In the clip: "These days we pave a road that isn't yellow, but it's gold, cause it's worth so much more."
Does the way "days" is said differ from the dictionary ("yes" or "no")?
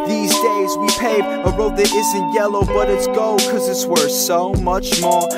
no